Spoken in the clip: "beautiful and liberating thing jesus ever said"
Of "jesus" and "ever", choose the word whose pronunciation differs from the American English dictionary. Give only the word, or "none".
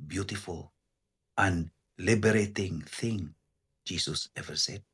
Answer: jesus